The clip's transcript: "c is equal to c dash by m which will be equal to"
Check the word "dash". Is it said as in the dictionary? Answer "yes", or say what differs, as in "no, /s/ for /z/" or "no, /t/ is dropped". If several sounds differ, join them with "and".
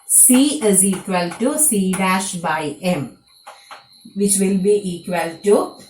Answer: yes